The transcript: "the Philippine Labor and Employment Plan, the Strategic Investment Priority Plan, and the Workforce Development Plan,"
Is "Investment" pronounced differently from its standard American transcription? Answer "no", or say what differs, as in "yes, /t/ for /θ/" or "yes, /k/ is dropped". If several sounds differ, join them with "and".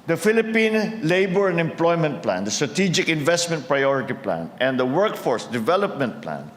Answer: no